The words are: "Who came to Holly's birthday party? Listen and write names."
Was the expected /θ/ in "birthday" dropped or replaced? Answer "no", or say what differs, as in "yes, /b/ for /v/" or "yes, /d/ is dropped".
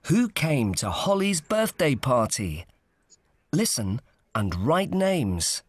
no